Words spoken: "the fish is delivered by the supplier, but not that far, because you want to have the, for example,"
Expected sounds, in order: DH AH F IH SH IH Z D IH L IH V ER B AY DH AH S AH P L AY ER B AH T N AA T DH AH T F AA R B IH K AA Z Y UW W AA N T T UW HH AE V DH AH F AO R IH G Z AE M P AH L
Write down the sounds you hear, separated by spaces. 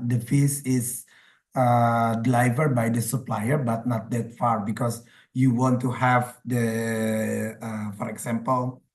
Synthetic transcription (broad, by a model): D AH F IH S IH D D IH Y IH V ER B AY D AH S AH P L AY ER B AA T N AA T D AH T F AA R B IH K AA S Y UW W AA N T T UW HH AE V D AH F AO R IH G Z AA M P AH L